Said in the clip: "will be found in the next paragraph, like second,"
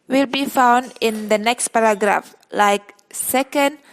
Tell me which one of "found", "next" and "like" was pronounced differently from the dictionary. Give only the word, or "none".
none